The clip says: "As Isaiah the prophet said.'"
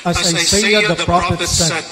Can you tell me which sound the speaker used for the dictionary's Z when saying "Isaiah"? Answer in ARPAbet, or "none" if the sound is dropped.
S